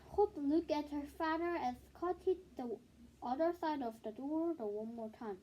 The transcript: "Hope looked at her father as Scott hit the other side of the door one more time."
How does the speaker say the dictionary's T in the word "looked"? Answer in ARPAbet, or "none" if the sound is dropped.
none